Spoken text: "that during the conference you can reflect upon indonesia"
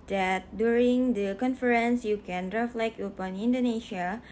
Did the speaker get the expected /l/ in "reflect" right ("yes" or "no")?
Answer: yes